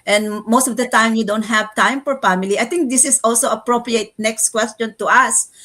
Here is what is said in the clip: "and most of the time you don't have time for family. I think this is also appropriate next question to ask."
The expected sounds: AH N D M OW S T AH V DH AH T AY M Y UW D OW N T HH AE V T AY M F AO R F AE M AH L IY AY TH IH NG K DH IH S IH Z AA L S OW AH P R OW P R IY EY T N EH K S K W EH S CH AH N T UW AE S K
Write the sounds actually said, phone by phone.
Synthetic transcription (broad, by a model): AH N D M OW S T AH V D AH T AY M Y UW D OW N T HH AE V T AY M F AO R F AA M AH L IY AY T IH NG K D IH S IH S AA L S OW AH P R OW P R IY EY T N EH K S K W EH S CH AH N T UW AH S